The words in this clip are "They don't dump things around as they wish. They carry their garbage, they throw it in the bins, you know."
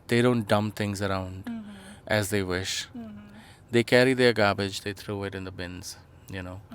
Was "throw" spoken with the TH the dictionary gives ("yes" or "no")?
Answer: no